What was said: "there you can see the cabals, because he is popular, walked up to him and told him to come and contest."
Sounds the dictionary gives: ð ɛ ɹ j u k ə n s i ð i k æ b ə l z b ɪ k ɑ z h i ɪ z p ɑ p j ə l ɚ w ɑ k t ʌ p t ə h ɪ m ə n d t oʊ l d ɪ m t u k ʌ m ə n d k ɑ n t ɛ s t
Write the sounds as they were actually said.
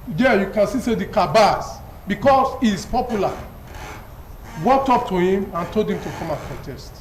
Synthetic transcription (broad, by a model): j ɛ j u k ə n s i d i k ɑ b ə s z b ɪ k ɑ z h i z p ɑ p j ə l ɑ w ɑ k t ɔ p t ə h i m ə n t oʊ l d ɪ m t u k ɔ m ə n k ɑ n t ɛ s t